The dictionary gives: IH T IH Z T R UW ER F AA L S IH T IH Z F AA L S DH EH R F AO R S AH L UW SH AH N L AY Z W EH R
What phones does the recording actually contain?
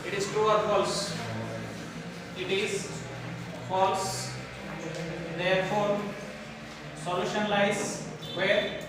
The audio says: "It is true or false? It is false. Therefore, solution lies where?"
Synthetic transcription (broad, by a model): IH T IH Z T UW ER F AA L S IH T IH Z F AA L S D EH R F AO R S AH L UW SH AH N L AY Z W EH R